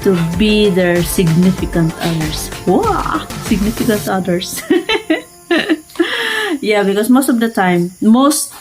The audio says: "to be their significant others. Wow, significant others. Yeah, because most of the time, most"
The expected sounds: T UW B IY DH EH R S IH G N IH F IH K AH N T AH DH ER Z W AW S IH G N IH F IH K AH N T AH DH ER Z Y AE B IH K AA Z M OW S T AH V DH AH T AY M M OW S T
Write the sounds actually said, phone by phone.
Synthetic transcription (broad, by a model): T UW B IY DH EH R S IH G N IH F IH K AH N T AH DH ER S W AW S IH G N IH F IH K AH N T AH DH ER S Y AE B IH K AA S M OW S T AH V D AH T AY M M OW S T